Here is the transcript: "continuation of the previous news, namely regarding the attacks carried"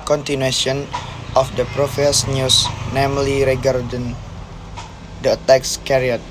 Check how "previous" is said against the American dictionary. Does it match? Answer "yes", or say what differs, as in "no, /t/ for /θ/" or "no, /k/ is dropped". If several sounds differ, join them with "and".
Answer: no, /f/ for /v/